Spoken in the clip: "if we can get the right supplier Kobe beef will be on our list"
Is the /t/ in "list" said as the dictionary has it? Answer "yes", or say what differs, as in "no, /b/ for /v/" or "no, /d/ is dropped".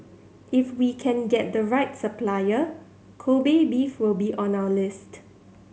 yes